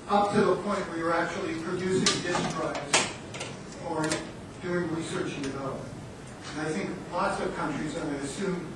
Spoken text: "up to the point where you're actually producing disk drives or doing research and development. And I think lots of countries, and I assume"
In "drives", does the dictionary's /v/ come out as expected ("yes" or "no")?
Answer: no